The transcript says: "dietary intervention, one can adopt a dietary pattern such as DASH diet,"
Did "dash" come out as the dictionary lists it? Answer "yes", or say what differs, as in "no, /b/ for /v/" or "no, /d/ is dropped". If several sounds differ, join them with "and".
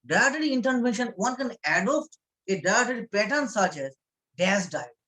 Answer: no, /s/ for /ʃ/